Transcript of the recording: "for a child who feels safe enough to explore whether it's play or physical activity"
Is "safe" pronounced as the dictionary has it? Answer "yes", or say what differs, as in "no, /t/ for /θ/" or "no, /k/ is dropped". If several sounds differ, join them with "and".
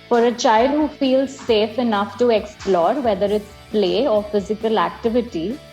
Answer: yes